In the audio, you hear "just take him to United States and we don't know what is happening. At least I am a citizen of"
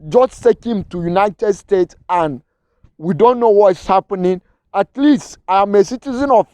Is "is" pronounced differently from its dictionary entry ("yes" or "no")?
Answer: yes